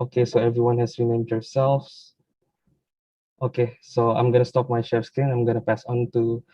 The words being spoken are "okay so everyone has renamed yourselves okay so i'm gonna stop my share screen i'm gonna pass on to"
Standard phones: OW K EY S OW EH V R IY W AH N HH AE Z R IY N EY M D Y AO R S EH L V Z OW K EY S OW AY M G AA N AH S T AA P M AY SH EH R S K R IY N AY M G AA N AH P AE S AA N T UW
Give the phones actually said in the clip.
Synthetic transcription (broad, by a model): OW K EY S OW EH V R IY W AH N HH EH S R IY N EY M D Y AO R S EH L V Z OW K EY S OW AY M G AA N AH S T AA P M AY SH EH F S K IY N AY M G AA N AH P AE S AA N T UW